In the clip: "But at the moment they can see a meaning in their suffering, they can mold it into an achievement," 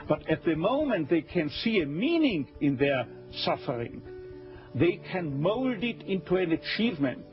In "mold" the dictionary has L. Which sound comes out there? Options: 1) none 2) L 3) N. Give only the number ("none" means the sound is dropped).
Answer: 2